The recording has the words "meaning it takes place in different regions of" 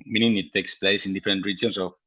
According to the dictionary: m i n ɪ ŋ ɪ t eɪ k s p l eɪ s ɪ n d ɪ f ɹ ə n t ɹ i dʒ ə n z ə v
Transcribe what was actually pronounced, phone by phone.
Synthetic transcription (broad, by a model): m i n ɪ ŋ ɪ t eɪ k s p l eɪ s ɪ n d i f ɹ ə n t ɹ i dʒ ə n s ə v